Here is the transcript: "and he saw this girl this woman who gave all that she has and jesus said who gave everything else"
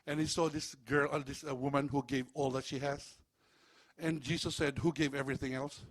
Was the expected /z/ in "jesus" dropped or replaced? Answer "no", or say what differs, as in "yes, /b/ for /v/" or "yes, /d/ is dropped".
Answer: yes, /s/ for /z/